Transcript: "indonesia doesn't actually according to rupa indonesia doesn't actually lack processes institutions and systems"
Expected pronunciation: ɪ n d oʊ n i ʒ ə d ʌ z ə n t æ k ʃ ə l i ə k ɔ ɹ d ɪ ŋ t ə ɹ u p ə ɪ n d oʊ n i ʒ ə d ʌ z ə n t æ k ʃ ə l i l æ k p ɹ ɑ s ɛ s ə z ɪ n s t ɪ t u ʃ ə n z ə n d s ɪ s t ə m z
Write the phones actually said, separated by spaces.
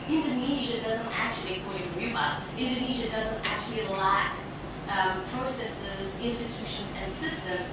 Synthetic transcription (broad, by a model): ɪ n d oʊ n i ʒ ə d ʌ z ə n t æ k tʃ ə l i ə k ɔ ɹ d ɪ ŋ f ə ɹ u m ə ɪ n d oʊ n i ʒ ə d ʌ z ə n t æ k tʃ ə l i l æ k p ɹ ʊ s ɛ s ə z ɪ n s t ɪ t u ʃ ə n z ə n s ɪ s t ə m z